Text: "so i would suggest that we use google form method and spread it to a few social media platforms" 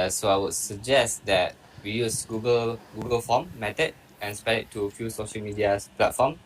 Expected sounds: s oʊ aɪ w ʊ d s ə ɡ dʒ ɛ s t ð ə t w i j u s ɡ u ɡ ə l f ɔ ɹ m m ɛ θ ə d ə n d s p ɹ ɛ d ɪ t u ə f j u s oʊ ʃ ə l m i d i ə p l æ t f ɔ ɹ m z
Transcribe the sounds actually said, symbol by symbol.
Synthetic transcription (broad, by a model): s oʊ aɪ w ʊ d s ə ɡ dʒ ɛ s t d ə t w i j u s ɡ u ɡ ə l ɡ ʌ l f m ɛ t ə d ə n s p ɛ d ɪ t u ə f j u s oʊ ʃ ə l m i d i ə p l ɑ t f ɔ m